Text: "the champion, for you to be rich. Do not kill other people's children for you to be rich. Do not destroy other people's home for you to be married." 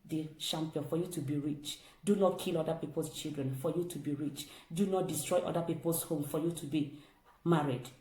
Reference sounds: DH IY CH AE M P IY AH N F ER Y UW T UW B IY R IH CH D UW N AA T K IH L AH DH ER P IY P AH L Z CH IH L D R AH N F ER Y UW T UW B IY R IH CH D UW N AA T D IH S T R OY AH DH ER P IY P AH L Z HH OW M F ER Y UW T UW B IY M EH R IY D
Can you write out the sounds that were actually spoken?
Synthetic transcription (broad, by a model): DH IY SH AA M P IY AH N F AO Y UW T UW B IY R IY CH D UW N AA T K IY L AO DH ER P IY P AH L S CH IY L D R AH N F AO Y UW T UW B IY R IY CH D UW N AA T D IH S T R OY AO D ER P IY P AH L S HH OW M F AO Y UW T UW B IY M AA R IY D